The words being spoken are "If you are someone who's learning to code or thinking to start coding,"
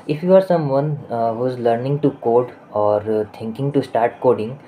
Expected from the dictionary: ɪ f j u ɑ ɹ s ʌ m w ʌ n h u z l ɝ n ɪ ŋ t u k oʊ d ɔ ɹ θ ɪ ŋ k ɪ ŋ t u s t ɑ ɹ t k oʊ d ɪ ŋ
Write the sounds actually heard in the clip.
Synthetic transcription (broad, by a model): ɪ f j u ɑ ɹ s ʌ m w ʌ n h u z l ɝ n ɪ ŋ t u k oʊ d ɔ ɹ t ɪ ŋ k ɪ ŋ t u s t ɑ ɹ t k oʊ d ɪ ŋ